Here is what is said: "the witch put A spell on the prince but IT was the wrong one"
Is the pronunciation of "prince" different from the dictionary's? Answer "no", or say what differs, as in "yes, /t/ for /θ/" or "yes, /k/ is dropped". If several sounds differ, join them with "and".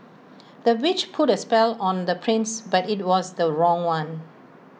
no